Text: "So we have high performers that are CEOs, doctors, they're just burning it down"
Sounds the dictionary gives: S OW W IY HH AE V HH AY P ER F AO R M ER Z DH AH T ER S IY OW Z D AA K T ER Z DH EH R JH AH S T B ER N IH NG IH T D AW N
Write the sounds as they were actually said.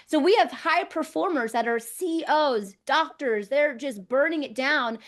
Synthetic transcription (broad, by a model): S OW W IY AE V HH AY P ER F AO R M ER Z DH AH T ER S IY OW Z D AA K T ER Z DH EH R JH AH S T B ER N IH NG IH T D AW N